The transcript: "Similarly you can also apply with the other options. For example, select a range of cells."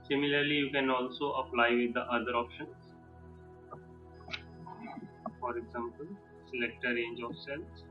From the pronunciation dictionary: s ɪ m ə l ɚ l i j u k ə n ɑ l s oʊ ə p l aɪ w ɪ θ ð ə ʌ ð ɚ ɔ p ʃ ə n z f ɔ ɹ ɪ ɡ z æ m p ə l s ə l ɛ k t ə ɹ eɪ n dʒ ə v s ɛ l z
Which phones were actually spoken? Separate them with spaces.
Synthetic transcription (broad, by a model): s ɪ m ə l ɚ l i j u k ə n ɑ l s oʊ ə p l aɪ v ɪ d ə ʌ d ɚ ɔ p ʃ ə n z f ɔ ɹ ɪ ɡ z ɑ m p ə l s ə l ɛ k t ə ɹ eɪ n dʒ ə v s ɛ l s